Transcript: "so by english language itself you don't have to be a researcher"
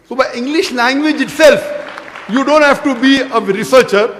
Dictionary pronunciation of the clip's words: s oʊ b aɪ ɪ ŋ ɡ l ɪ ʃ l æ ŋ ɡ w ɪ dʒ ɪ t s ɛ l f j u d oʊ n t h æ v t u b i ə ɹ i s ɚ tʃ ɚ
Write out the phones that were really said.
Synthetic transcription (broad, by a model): s oʊ b aɪ ɪ ŋ ɡ l ɪ ʃ l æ ŋ ɡ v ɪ dʒ ɪ t s ɛ l f j u d oʊ n t h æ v t u b i ə ɹ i s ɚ tʃ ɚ